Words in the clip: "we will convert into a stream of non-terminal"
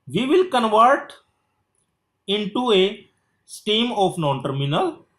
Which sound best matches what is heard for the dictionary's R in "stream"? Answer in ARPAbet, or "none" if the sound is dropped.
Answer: none